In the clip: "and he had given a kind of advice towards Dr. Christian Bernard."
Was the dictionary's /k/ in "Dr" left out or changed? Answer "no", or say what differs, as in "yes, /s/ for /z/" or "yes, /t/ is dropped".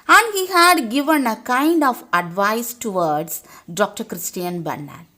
no